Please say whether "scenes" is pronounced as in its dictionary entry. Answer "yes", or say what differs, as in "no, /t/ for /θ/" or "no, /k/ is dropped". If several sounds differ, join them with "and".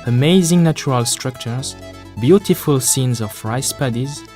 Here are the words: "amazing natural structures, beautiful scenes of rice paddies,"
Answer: yes